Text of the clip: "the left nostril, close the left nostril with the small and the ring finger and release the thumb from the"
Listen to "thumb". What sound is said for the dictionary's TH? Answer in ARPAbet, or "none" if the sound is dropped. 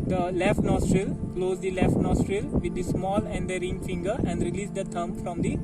T